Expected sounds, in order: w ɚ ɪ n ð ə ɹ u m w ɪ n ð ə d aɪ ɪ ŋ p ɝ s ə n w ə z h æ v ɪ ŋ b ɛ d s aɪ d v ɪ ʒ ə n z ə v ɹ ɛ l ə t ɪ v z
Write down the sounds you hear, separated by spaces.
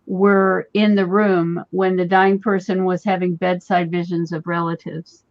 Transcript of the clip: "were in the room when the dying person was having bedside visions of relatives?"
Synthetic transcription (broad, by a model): w ɚ ɪ n ð ə ɹ u m w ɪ n ð ə d aɪ ɪ ŋ p ɝ s ə n w ə z h æ v ɪ ŋ b ɛ d s aɪ d v ɪ ʒ ə n z ə v ɹ ɛ l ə t ɪ v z